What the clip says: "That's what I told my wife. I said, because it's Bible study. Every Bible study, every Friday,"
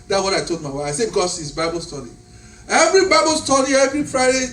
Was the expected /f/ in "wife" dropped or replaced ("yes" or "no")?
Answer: yes